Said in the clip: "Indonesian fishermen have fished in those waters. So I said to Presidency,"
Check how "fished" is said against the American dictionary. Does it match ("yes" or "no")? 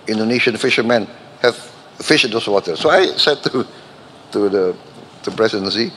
no